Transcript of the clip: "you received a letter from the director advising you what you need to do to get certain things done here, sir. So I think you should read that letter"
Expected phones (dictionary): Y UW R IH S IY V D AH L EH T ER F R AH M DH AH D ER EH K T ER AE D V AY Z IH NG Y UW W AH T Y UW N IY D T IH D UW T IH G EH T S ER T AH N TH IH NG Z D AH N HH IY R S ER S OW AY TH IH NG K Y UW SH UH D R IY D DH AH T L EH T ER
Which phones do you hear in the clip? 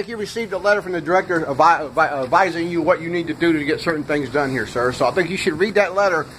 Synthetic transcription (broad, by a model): Y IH R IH S IY V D AH L EH T ER F R AH M DH AH D ER EH K T ER AE D V AY Z IH NG Y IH W AH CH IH N IY D T IH D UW T IH G EH T S ER T N TH IH NG Z D AH N HH IY R S ER S OW AY TH IH NG K Y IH SH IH D R IY D DH AH T L EH T ER